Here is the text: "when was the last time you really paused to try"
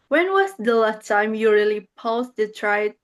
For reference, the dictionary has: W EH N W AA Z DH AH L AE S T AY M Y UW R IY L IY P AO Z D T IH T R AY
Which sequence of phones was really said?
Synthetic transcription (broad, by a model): W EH N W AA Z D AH L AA T AY M Y UW R IY L IY P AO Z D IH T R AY